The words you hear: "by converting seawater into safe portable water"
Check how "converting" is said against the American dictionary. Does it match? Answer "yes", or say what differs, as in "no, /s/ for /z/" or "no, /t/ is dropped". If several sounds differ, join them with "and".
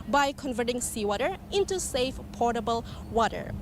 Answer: yes